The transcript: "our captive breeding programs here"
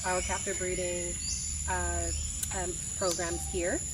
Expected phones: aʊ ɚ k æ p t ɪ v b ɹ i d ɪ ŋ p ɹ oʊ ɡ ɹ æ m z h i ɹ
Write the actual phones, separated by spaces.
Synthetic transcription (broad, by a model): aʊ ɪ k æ f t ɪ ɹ b ɹ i d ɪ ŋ p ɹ oʊ ɡ ɹ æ m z h i ɹ